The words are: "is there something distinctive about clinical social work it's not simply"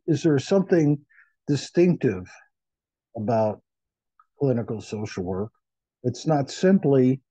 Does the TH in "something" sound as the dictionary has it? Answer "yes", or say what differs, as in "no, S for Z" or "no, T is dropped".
yes